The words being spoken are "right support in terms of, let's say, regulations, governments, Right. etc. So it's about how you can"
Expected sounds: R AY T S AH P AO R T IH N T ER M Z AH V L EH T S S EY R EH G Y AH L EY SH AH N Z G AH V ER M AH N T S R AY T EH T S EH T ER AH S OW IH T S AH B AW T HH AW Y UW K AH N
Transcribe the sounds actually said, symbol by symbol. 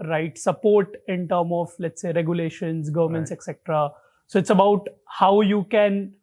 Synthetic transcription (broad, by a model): R AY T S AH P AO R T IH N T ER M AH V L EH T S S EY R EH G Y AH L EY SH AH N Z G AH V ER M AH N T S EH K S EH T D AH S OW IH T S AH B AW T HH AW Y UW K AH N